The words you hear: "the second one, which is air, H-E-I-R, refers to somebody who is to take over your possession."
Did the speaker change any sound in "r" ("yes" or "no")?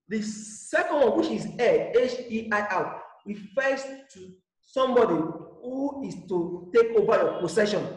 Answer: yes